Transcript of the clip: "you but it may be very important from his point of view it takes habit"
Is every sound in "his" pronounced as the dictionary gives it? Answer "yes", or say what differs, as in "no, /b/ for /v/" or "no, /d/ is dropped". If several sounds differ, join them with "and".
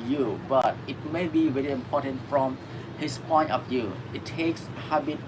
no, /s/ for /z/